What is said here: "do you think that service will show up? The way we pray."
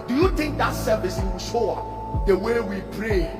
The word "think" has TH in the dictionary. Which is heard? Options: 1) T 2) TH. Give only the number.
1